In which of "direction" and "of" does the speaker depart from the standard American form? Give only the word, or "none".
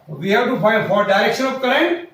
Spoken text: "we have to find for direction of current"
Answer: of